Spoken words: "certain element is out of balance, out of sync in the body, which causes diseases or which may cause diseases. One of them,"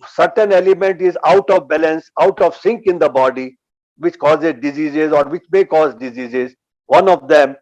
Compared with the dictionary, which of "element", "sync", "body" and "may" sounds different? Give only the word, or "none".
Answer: none